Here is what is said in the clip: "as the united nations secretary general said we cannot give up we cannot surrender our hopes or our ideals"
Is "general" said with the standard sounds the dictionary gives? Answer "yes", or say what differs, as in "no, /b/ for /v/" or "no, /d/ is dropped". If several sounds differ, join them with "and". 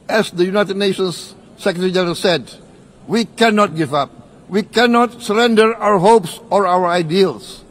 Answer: no, /n/ is dropped